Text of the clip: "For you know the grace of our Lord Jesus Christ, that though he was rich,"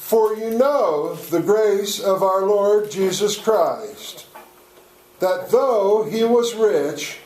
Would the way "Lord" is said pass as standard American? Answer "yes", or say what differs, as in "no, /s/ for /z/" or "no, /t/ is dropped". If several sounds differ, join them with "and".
yes